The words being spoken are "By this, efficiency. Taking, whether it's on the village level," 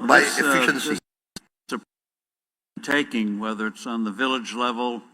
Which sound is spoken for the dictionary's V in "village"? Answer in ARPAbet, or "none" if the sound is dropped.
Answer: V